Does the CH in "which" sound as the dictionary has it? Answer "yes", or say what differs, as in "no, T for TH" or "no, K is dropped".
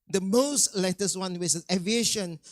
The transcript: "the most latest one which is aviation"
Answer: no, S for CH